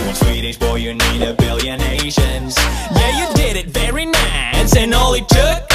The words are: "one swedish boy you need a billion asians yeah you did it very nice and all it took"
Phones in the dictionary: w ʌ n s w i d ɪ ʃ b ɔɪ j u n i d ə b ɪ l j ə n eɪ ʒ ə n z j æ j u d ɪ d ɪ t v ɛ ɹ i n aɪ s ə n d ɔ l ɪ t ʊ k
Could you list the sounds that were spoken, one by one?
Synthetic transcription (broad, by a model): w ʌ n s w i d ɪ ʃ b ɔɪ j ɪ n i d ə b ɪ l j ə n eɪ ʃ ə n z j æ j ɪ d ɪ d ɪ t v ɛ ɹ i n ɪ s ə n ɔ l ɪ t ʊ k